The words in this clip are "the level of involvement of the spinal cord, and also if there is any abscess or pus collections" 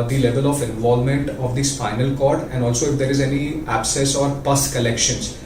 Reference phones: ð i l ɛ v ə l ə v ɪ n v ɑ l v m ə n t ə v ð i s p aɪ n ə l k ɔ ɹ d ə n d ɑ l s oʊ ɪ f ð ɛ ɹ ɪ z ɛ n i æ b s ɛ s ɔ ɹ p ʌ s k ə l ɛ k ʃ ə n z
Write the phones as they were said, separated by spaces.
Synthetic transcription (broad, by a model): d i l ɛ v ə l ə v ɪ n v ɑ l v m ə n t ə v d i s f aɪ n ə l k ɔ ɹ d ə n d ɑ l s oʊ ɪ f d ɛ ɹ ɪ z ɛ n i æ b s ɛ s ɔ ɹ p ʌ s k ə l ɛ k ʃ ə n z